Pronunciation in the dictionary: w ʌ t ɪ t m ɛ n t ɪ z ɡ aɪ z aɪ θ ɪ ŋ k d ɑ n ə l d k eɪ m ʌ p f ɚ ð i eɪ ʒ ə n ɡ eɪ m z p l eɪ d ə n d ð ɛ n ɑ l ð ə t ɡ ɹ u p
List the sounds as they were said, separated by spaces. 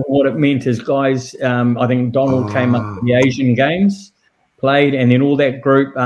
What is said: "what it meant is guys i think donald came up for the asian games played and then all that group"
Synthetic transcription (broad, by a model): w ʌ t ɪ t m ɛ n t ɪ z ɡ aɪ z aɪ θ ɪ ŋ k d ɑ n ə l d k eɪ m ʌ p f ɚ ð i eɪ ʒ ə n ɡ eɪ m z p l eɪ d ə n ð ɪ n ɑ l ð ə t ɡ ɹ u p